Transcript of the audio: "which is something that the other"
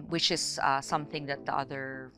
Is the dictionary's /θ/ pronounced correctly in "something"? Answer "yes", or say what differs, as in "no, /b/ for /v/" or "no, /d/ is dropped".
yes